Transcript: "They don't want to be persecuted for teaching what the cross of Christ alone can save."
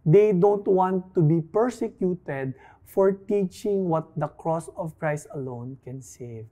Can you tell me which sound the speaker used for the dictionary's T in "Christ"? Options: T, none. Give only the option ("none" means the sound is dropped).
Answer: T